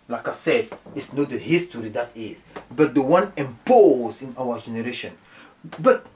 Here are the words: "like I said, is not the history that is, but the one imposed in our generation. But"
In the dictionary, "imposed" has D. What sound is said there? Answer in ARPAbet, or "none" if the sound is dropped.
none